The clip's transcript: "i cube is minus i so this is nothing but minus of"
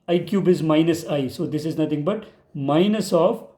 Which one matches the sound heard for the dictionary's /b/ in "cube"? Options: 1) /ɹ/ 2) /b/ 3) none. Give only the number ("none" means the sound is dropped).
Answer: 2